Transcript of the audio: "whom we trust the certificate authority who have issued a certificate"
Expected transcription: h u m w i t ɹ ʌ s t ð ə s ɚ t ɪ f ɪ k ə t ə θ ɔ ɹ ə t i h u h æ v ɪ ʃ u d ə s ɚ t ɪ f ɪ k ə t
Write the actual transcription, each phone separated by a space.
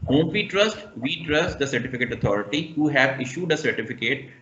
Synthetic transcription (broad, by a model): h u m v i t ɹ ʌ s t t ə s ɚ t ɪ f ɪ k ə t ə t ɔ ɹ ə t i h u h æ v ɪ ʃ u d ə s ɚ t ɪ f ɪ k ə t